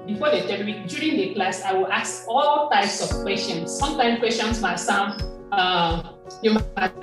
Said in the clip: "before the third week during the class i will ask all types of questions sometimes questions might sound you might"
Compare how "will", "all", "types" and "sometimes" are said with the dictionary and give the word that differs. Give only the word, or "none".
sometimes